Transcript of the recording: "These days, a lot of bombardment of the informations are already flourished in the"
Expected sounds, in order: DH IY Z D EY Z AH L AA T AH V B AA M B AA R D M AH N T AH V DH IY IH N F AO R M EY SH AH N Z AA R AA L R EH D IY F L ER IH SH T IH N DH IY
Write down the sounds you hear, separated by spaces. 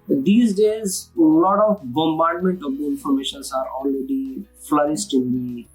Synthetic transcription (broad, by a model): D IY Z D EY Z L AA T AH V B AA M B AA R D M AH N T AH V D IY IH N F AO R M EY SH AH N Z AA R AA L R EH D IY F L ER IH S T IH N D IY